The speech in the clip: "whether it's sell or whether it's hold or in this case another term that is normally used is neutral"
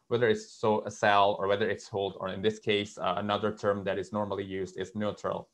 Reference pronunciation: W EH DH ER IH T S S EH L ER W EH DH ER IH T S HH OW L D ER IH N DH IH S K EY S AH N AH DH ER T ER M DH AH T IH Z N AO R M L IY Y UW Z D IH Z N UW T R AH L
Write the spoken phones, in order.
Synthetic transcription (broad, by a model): W EH DH ER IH T S S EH L ER W EH DH ER IH T S HH OW L D ER IH N DH IH S K EY S AH N AH DH ER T ER M DH AH T IH Z N AO R M L IY Y UW Z D IH Z N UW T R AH L